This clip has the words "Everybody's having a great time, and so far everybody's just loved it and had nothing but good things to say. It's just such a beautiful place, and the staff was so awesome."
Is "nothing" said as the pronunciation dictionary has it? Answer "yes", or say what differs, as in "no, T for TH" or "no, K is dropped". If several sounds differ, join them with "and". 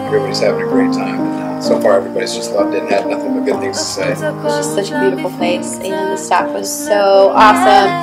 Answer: yes